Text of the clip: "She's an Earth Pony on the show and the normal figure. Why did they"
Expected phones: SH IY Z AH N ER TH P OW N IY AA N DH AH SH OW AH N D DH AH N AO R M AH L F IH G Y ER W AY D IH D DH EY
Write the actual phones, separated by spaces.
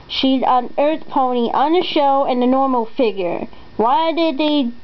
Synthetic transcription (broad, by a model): SH IY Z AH N ER TH P OW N IY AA N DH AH SH OW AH N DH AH N AO R M L F IH G Y ER W AY D IH D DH EY